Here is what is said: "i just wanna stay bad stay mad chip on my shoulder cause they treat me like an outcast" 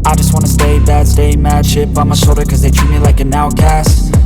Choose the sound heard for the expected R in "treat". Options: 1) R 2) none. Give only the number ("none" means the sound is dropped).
2